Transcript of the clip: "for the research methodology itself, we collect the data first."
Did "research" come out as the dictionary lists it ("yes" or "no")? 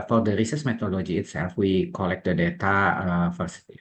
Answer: no